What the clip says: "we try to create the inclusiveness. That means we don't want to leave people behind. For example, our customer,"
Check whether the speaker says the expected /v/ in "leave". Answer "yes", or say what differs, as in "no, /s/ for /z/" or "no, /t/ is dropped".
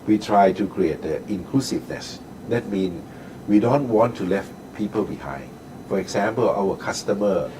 no, /f/ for /v/